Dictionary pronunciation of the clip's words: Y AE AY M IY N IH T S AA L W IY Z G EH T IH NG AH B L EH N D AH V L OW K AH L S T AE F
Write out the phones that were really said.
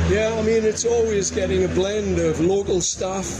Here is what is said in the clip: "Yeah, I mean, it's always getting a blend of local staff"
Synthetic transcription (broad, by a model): Y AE AY M IY N IH T S AA L W IY Z G EH T IH NG AH B L EH N D AH V L OW K AH L S T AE F